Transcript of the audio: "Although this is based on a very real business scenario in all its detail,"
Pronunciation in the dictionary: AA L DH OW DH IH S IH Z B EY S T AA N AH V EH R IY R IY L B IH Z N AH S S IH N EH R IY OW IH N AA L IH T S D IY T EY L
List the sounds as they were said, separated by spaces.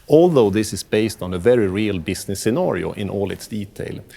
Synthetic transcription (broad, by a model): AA L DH OW DH IH S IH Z B EY S T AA N AH V EH R IY R IY L B IH S N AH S S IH N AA R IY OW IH N AA L IH T S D IY T EY L